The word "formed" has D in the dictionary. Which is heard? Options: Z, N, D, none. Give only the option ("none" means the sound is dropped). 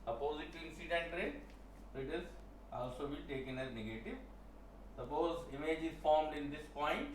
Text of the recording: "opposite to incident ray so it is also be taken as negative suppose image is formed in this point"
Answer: D